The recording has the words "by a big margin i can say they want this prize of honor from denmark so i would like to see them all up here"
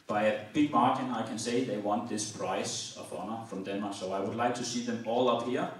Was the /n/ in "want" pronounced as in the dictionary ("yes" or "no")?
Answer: yes